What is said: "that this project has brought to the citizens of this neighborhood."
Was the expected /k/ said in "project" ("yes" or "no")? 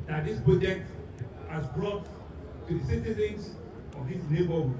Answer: no